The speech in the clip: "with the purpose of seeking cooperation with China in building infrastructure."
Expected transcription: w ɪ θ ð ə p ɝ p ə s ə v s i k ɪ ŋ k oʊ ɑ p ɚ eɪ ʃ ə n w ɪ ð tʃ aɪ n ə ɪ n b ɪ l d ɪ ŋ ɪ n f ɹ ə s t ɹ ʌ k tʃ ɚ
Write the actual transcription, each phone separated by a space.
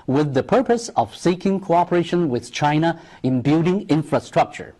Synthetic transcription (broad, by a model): w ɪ ð ə p ɝ p ə s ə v s i k ɪ ŋ k oʊ ɑ p ɚ eɪ ʃ ə n w ɪ ð tʃ aɪ n ə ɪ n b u d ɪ ŋ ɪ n f ɹ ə s t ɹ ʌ k tʃ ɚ